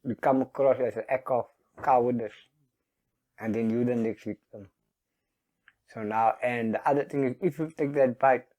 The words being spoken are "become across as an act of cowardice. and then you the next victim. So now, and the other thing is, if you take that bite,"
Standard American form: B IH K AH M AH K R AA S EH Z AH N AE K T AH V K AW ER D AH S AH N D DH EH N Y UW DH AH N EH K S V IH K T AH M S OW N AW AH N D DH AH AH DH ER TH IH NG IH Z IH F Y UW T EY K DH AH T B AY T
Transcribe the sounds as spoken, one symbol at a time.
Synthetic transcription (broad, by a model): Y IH K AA M AH K R AA S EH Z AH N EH K AH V K AW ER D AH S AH N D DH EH N Y UW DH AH N EH K S W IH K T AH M S OW N AW AH N D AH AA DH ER T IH NG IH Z IH F Y UW T EY K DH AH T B AY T